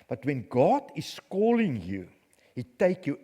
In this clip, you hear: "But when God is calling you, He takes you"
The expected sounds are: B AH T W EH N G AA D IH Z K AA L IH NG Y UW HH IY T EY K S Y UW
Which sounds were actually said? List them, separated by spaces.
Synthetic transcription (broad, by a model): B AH T W EH N G AA D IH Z K AA L IH NG Y UW HH IY T EY K Y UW